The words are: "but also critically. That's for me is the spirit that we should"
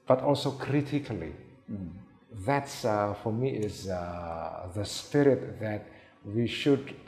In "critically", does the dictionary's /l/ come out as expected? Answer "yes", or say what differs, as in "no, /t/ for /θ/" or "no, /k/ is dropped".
yes